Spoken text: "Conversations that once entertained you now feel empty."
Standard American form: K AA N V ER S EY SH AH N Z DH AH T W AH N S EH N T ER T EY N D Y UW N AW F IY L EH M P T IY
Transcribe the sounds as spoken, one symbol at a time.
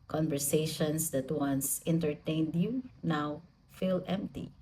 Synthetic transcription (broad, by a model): K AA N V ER S EY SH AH N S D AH T W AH N S EH N T ER T EY N D Y UW N AW F IY L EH M P T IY